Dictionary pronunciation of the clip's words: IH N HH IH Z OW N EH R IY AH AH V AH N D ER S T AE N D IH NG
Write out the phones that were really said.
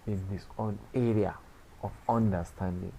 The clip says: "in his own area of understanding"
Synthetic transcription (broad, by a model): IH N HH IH S OW N EH R IY AH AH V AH N D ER S T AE N D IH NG